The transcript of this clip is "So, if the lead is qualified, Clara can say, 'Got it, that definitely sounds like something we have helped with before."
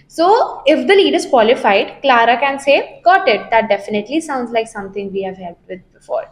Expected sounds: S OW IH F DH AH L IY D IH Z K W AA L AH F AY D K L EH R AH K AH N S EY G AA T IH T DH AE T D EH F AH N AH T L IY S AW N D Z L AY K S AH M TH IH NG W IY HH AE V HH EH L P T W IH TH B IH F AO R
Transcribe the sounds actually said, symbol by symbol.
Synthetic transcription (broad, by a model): S OW IH F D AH L IY D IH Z K W AA L AH F AY D K L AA R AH K AH N S EY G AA T IH T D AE T D EH F AH N AH T L IY S AW N D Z L AY K S AH M T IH NG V IY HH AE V HH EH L T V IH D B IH F AO R